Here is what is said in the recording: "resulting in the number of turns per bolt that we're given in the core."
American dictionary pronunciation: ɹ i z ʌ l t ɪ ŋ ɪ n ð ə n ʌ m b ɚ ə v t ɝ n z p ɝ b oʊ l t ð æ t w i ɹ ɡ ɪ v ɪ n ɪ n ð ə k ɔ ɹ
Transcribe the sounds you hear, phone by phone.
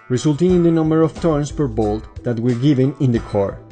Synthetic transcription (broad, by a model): ɹ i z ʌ l t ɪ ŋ ɪ n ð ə n ʌ m b ɚ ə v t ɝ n s p ɝ b oʊ l t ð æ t w i ɹ ɡ ɪ v ɪ n ɪ n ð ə k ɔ ɹ